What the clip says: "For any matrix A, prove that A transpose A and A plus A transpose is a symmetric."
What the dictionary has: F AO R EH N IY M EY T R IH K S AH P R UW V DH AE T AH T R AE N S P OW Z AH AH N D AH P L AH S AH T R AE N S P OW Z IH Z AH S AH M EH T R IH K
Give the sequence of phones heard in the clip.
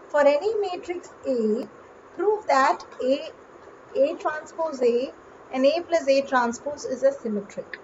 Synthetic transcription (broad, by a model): F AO R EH N IY M EY T R IH K S AH P R UW V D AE T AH T R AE N S P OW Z AH AH N D AH P L AH S AH T R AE N S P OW S IH Z AH S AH M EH T R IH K